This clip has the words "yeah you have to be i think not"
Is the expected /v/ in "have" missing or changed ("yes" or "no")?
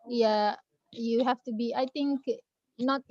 yes